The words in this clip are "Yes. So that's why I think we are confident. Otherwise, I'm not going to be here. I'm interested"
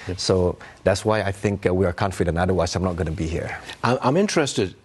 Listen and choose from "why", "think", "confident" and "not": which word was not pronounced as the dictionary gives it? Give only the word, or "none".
confident